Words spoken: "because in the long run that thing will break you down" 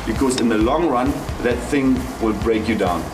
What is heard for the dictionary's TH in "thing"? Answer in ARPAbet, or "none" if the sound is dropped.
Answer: TH